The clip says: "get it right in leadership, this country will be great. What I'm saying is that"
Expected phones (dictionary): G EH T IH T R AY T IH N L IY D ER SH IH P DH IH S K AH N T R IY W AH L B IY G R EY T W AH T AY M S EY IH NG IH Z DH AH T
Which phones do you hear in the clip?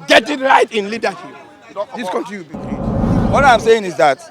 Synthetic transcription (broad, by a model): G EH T IH T R AY T IH N L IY D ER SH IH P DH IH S K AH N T IY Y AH B IY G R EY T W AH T AY M S EY IH NG IH Z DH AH T